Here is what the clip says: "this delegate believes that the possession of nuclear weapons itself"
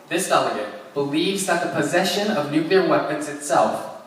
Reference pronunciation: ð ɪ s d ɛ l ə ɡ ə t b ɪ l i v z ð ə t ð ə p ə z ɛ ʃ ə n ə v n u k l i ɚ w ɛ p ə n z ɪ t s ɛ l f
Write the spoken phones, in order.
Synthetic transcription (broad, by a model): ð ɪ s d ɛ l ə ɡ ə t b ɪ l i v z ð ə t ð ə p ə z ɛ ʃ ə n ə v n u k l i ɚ w ɛ p ə n z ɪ t s ɛ l f